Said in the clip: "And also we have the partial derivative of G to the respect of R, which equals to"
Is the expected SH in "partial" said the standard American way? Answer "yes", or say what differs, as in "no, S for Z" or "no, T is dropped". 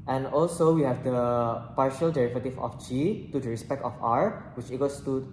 yes